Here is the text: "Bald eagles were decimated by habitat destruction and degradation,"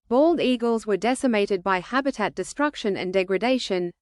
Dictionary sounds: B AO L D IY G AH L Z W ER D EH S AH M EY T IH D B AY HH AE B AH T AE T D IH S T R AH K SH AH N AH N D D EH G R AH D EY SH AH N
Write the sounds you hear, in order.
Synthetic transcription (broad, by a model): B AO L D IY G AH L Z W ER D EH S AH M EY T IH D B AY HH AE B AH T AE T D IH S T R AH K SH AH N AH N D D EH G R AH D EY SH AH N